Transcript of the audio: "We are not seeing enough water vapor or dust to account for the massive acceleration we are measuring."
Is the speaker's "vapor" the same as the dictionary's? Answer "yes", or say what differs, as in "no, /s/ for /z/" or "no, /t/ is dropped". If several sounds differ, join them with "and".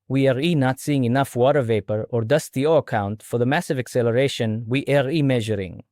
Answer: yes